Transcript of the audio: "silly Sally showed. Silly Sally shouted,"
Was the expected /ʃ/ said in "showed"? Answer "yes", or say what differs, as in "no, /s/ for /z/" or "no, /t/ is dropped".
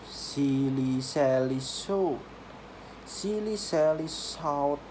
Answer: no, /s/ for /ʃ/